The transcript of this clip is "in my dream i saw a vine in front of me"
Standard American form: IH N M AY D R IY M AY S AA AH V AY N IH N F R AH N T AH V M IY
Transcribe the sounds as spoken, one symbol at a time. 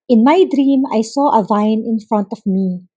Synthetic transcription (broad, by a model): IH N M AY D R IY M AY S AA AH V AY N IH N F R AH N T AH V M IY